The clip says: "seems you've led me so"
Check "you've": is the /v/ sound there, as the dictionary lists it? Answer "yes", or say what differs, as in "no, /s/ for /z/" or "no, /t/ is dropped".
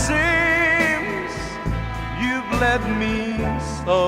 yes